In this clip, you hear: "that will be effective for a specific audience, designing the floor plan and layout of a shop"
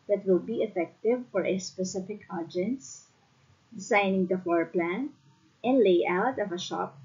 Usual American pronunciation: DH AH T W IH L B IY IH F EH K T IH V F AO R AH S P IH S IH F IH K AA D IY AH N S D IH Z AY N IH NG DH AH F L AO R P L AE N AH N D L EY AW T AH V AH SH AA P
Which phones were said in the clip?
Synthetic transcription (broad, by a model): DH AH T W IH L B IY IH F EH K T IH V F AO R AH S P IH S IH F IH K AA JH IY N S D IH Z AY N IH NG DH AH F AO R P L AE N AH N D L EY AW T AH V AH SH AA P